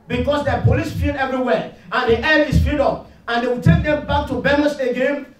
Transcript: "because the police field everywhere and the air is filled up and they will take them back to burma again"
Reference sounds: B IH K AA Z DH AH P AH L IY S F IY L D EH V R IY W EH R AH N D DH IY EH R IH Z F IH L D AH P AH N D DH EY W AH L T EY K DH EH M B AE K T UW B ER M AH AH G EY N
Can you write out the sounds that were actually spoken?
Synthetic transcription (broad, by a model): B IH K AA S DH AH P AH L IY S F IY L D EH V R IY W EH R AH N D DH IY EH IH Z F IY D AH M AH N D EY W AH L T EY K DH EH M B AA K T UW B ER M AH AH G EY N